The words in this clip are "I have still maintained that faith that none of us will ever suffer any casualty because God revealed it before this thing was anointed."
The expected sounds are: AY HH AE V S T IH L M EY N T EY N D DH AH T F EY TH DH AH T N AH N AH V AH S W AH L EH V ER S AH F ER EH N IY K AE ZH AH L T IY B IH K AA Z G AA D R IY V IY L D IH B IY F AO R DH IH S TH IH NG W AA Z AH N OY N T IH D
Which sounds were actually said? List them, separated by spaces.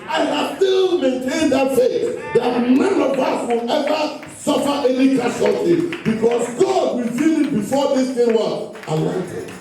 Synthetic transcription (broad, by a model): AY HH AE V S T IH L M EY N T EY N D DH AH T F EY S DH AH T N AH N AH V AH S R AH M EH V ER S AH F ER EH N IY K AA SH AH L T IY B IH K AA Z G AA D W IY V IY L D B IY F AO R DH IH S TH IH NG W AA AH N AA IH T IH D